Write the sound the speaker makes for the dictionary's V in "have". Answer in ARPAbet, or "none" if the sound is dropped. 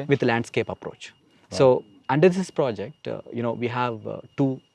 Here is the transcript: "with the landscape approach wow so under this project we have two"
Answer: V